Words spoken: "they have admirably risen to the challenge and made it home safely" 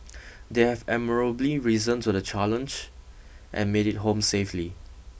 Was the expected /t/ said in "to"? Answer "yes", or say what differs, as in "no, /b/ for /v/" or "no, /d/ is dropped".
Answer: no, /s/ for /t/